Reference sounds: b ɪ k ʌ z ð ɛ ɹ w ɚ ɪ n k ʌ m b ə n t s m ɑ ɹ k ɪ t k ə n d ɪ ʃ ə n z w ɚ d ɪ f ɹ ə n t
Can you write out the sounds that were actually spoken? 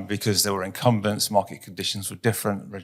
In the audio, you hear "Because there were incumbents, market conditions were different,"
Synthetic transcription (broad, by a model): b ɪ k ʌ z ð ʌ w ɚ ɪ n k ʌ m b ə n t s m ɑ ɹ k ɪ t k ə n d ɪ ʃ ə n z w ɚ d ɪ f ɹ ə n t